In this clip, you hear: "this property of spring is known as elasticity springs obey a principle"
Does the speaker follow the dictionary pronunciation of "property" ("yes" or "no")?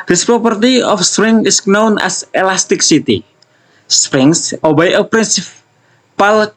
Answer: yes